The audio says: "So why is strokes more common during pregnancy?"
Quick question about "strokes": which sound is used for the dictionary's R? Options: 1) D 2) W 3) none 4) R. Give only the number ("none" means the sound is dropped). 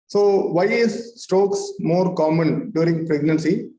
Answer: 3